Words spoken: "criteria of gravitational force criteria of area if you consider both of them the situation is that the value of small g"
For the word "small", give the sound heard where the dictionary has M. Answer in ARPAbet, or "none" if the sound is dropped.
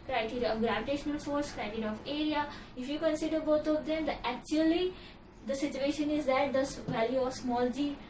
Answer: M